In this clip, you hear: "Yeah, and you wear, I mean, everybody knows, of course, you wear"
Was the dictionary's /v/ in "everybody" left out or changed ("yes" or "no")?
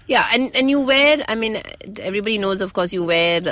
no